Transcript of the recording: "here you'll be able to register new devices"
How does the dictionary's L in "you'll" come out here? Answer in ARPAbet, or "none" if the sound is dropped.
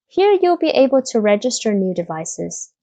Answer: L